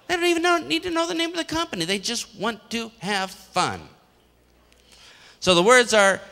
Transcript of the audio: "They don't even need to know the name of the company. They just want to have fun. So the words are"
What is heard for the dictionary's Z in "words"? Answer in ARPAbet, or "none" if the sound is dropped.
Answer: Z